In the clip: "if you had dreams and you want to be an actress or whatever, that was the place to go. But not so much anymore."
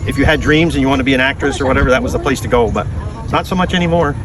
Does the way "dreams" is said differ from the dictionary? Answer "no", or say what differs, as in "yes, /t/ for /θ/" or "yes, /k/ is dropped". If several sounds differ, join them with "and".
no